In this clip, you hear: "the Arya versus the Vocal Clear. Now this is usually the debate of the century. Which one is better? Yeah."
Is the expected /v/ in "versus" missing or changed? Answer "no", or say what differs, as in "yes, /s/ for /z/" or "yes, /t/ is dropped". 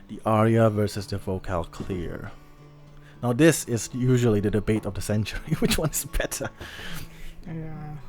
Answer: no